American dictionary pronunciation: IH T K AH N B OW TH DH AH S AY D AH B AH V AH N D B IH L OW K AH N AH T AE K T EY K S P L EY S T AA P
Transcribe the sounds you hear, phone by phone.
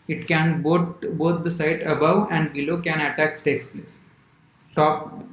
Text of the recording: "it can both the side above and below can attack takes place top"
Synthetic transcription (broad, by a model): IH T K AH N B OW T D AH S AY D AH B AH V AH N D B IH L OW K AH N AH T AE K T EY K S P L EY S T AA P